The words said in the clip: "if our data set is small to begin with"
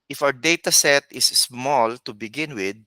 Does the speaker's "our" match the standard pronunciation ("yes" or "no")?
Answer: no